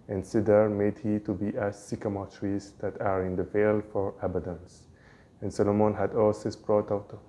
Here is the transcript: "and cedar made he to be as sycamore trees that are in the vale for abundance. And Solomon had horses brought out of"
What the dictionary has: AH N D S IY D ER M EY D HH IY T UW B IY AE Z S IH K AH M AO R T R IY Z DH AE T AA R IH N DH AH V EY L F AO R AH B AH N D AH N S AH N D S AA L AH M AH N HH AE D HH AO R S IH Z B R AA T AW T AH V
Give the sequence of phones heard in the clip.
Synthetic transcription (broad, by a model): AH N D S IY D ER M EY D HH IY T UW B IY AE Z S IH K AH M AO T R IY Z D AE T AA R IH N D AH V EY L F AO R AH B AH D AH N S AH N S AA L AH M AH N HH AE D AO L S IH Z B R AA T AW T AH